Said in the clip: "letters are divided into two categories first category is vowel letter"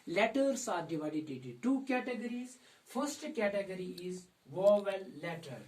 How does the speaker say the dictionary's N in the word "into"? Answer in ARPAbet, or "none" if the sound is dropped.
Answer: none